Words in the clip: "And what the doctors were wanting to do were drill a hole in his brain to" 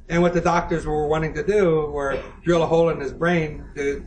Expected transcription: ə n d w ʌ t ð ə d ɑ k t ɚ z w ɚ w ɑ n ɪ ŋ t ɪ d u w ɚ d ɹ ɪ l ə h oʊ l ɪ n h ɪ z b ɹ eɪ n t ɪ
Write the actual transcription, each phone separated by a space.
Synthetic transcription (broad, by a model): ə n w ʌ t ð ə d ɑ k t ɚ z w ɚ w ɑ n ɪ ŋ t ɪ d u w ɚ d ɹ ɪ l ə h oʊ l ɪ n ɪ z b ɹ eɪ n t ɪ